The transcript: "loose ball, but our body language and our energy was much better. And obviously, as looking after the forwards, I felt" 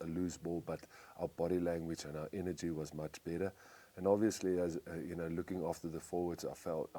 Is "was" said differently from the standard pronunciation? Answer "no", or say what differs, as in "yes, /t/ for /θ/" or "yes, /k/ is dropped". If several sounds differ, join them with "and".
no